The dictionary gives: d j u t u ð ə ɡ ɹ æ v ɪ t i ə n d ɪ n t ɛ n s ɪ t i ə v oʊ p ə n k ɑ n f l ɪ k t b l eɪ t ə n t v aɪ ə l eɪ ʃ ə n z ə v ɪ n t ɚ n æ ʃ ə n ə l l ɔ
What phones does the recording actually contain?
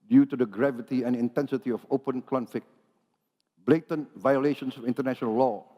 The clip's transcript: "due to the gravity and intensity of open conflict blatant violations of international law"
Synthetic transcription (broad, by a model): d j u t u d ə ɡ ɹ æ v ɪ t i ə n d ɪ n t ɛ n s ɪ t i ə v oʊ p ə n k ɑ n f ɪ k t b l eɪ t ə n v aɪ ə l eɪ ʃ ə n s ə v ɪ n t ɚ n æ ʃ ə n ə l l ɔ